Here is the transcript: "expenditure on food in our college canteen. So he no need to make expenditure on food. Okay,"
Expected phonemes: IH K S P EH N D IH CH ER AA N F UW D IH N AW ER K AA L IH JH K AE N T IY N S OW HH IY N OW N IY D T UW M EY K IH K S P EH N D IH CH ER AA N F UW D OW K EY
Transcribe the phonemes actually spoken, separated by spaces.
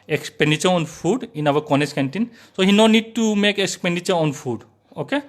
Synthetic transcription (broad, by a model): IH K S P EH N D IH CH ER AA N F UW D IH N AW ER K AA N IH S K AE N T IY N S OW HH IY N OW N IY D T UW M EY K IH K S P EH N D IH CH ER AA N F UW D OW K EY